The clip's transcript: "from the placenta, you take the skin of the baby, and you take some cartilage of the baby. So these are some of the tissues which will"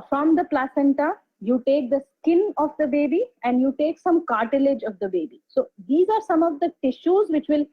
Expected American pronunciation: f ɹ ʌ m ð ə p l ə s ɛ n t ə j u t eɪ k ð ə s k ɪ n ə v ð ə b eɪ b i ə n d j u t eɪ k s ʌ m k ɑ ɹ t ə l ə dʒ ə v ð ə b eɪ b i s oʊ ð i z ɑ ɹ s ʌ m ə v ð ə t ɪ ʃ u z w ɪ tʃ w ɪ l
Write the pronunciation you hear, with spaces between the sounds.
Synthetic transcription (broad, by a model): f ɹ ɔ m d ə p l ə s ɛ n t ə j u t eɪ k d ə s k ɪ n ə v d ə b eɪ b i ə n d j u t eɪ k s ʌ m k ɑ ɹ t ə l ə dʒ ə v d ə b eɪ b i s oʊ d i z ɑ ɹ s ʌ m ə v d ə t ɪ ʃ u z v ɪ tʃ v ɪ l